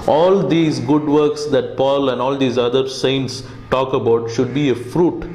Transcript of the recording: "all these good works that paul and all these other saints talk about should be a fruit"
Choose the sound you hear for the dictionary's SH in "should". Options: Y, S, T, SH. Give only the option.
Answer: SH